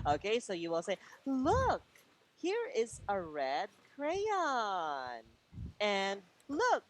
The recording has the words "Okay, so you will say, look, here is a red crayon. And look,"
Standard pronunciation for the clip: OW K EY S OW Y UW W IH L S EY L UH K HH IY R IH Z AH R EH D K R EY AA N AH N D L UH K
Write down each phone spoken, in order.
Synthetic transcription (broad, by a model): OW K EY S OW Y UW W IH L S EY L UH K HH IY R IH Z AH R EH D K R EY AA N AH N L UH K